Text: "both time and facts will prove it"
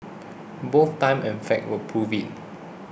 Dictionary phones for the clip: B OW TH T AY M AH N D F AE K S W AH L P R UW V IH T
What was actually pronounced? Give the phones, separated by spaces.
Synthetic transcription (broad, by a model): B OW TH T AY M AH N F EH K W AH P R UW V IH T